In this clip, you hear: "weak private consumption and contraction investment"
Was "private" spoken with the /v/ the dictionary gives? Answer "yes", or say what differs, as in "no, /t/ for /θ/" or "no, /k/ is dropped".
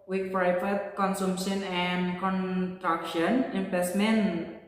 no, /f/ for /v/